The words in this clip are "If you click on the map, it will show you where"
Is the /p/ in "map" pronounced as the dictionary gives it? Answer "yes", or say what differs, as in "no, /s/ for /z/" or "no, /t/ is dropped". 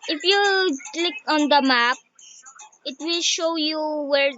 yes